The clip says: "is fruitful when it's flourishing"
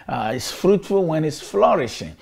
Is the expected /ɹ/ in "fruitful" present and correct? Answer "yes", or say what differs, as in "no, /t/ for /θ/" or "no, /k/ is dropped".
yes